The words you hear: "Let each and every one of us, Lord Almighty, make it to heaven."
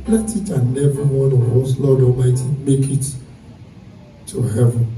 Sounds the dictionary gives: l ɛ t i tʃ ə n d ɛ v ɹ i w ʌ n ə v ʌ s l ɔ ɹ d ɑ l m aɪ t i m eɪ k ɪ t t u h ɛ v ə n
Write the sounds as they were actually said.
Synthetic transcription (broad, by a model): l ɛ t i tʃ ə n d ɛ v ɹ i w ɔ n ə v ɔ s l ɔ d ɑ m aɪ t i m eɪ k ɪ t t u h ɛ v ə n